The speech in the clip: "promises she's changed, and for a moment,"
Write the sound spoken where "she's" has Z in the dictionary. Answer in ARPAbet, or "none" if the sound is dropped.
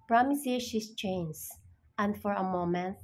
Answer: S